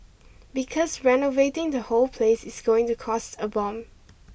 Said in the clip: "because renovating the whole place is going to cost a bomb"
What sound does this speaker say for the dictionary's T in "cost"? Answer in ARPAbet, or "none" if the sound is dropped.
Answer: T